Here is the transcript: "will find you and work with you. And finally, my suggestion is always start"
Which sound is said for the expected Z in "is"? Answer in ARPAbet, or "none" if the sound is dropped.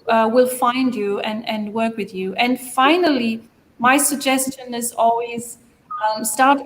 Z